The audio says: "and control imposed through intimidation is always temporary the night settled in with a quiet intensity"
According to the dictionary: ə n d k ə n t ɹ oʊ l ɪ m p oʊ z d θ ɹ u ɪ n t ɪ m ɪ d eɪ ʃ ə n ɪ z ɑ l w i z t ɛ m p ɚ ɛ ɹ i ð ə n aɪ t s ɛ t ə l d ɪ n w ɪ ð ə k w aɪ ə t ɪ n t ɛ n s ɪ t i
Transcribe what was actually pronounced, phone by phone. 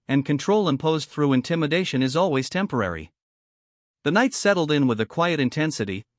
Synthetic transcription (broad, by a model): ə n k ə n t ɹ oʊ l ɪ m p oʊ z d θ ɹ u ɪ n t ɪ m ɪ d eɪ ʃ ə n ɪ z ɑ l w i z t ɛ m p ɚ ɛ ɹ i ð ə n aɪ t s ɛ t l d ɪ n w ɪ ð ə k w aɪ ə t ɪ n t ɛ n s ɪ t i